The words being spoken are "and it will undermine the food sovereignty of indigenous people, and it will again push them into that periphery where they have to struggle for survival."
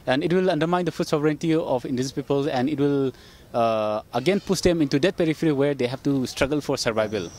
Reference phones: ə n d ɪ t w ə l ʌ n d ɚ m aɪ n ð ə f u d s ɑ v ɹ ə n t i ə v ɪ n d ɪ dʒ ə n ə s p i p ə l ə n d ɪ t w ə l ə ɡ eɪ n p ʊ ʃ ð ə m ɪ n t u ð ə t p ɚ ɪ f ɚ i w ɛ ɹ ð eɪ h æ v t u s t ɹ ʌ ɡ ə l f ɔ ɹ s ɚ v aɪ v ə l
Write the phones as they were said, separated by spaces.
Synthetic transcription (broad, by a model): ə n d ɪ t w ə l ʌ n d ɚ m aɪ n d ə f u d s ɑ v ɹ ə n t i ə p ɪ n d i ə n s p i p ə l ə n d ɪ t w ə l ə ɡ eɪ n p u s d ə m ɪ n t u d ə t p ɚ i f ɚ i w ɛ ɹ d eɪ h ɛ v t u s t ɹ ʌ ɡ ə l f ɔ ɹ s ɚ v aɪ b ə l